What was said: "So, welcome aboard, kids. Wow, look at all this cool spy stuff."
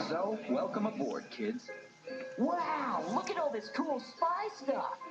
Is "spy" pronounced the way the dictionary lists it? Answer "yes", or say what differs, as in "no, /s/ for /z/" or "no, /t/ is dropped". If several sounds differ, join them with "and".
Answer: yes